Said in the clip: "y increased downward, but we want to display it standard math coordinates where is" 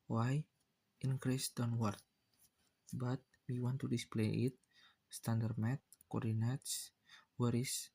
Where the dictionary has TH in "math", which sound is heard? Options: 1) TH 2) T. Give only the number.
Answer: 2